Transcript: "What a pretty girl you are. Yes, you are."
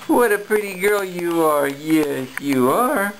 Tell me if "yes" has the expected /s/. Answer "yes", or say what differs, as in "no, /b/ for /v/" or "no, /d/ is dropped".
no, /s/ is dropped